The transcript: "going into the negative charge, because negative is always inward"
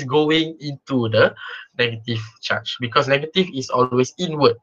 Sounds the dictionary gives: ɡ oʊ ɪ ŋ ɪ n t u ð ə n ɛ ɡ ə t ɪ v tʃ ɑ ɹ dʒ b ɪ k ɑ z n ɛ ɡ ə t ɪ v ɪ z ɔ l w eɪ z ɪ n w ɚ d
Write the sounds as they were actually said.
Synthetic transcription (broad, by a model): ɡ oʊ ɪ ŋ ɪ n t u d ə n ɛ ɡ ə t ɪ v tʃ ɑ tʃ b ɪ k ɑ s n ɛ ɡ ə t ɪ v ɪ s ɔ l w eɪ s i n w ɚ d